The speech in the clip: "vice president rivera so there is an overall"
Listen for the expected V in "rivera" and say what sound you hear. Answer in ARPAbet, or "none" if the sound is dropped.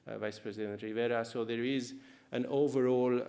V